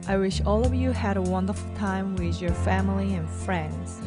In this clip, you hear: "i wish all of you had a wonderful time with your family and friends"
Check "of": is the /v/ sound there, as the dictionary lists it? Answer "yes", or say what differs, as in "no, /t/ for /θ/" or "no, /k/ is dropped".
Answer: yes